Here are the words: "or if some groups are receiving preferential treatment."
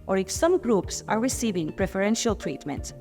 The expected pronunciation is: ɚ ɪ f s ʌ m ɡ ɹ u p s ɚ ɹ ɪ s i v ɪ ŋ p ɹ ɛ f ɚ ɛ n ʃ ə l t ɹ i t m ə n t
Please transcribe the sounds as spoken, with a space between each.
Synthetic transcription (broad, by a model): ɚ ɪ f s ʌ m ɡ ɹ u p s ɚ ɹ ɪ s i v ɪ ŋ p ɹ ɛ f ɚ ɛ n ʃ ə l t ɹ i t m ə n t